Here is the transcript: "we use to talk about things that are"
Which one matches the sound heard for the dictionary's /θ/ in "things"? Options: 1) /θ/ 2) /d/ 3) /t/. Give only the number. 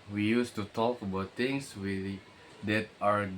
3